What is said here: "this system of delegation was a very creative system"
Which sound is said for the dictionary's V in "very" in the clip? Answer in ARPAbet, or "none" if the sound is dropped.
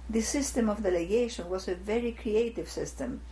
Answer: V